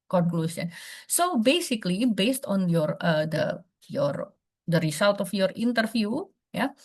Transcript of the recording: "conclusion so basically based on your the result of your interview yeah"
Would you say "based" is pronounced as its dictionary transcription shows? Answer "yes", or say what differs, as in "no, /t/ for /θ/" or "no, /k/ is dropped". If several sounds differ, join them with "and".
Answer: yes